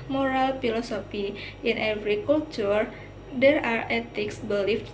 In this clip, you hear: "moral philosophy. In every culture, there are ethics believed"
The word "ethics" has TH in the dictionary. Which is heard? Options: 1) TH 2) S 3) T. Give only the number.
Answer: 3